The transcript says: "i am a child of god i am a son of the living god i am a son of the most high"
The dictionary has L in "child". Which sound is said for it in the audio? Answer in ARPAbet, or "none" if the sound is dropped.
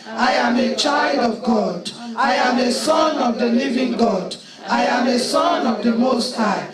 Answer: L